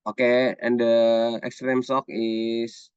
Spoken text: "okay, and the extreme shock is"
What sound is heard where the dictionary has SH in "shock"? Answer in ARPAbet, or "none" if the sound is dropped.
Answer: S